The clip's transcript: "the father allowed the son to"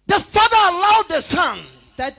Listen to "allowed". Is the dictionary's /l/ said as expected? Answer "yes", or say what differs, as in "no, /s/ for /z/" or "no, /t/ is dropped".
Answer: no, /l/ is dropped